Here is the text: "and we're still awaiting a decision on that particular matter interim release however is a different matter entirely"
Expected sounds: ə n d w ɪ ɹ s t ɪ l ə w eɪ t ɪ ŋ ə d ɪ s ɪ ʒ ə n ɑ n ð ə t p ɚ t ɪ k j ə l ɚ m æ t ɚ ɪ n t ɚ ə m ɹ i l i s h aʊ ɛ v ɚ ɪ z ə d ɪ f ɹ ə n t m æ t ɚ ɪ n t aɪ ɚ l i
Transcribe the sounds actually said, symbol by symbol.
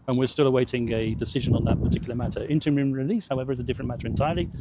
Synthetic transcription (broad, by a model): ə n w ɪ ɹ s t ɪ l ə w eɪ t ɪ ŋ ə d ɪ s ɪ ʒ ə n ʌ n ð ə t p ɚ t ɪ k j l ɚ m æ t ɚ ɪ n t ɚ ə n ɹ i l i s h aʊ ɛ v ɚ ɪ z ə d ɪ f ɹ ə n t m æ t ɚ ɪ n t aɪ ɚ l i